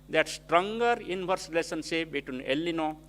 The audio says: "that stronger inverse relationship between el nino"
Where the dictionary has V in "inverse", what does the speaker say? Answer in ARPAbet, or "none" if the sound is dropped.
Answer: B